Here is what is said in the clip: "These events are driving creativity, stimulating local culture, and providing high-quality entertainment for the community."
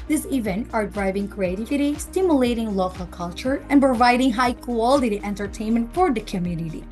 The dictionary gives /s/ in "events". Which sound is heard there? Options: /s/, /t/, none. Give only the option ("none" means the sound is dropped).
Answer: none